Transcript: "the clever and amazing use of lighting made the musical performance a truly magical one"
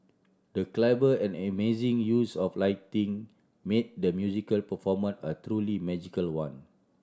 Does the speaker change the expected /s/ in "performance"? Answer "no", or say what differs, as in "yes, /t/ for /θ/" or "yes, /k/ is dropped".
yes, /s/ is dropped